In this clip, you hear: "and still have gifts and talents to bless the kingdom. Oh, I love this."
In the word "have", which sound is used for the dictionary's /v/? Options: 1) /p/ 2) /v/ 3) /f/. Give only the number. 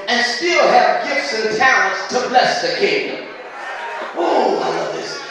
1